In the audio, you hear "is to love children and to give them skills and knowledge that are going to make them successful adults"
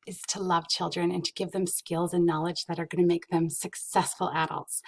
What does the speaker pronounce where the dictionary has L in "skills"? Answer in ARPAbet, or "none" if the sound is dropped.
L